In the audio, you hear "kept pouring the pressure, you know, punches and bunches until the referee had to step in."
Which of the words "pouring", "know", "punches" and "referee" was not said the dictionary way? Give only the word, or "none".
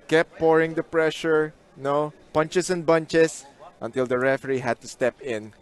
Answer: punches